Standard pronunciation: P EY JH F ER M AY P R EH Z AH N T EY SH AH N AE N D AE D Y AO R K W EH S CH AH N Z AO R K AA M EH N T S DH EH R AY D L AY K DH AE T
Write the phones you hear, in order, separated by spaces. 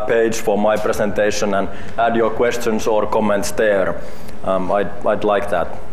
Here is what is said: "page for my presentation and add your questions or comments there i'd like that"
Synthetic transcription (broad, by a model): P EY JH F ER M AY P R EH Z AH N T EY SH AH N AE N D AE D Y AO R K W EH S CH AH N S AO R K AA M EH N T S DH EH R AY D L AY K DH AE T